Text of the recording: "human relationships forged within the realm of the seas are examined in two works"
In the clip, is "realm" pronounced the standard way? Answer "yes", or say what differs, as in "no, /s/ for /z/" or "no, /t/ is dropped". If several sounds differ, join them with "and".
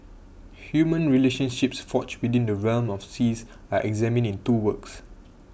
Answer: yes